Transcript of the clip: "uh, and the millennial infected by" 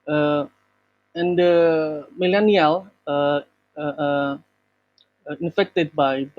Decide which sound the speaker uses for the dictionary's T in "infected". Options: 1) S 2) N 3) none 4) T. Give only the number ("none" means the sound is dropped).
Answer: 4